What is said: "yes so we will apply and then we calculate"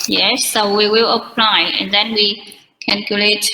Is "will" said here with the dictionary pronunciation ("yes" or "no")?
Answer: yes